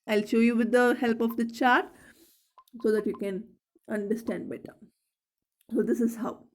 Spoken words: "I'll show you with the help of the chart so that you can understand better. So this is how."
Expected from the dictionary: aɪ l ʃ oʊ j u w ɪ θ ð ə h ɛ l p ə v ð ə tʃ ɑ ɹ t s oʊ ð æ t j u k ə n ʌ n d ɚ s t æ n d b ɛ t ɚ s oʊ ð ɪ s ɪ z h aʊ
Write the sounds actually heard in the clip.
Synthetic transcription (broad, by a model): aɪ l ʃ oʊ j u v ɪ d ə h ɛ l p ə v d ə tʃ ɑ ɹ t s oʊ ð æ t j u k ə n ʌ n d ɚ s t æ n d b ɛ t ɚ s oʊ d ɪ s ɪ z h aʊ